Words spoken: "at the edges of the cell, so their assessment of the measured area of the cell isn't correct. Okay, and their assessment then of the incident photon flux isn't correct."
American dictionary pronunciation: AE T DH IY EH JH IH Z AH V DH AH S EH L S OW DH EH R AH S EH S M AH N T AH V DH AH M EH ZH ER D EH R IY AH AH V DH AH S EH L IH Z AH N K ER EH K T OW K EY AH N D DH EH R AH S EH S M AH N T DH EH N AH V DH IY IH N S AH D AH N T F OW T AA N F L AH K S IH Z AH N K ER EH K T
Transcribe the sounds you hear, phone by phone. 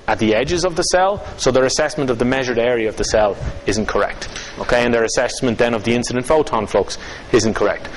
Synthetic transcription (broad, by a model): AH T DH IY EH JH IH Z AH V DH AH S EH L S OW DH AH R AH S EH S M AH N T AH V DH AH M EH ZH ER D EH R IY AH AH V DH AH S EH L IH Z AH N K ER EH K T OW K EY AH N DH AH R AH S EH S M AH N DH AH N AH V DH IY IH N S AH D AH N T F OW T AA N F L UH K S IH Z AH N K ER EH K T